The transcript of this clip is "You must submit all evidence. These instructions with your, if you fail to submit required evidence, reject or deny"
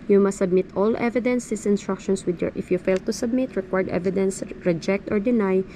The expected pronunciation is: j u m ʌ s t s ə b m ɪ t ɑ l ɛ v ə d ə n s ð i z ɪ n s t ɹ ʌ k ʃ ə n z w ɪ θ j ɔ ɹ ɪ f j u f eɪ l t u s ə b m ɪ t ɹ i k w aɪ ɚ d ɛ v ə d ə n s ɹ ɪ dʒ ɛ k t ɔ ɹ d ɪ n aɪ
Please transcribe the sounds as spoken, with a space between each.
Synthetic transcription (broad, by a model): j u m ʌ s t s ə b m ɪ t ɑ l ɛ v ə d ə n s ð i s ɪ n s t ɹ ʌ k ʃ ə n s w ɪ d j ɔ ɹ ɪ f j u f eɪ l t u s ə b m ɪ t ɹ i k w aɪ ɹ d ɛ v ə d ə n s ɹ ɪ dʒ ɛ k t ɔ ɹ d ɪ n aɪ